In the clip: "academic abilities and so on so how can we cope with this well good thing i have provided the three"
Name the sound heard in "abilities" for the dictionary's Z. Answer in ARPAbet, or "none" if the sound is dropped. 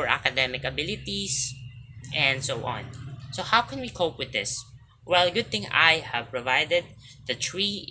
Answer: S